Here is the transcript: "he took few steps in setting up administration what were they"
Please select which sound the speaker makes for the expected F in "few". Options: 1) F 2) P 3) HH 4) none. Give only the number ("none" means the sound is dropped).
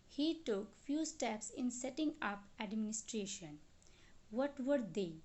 1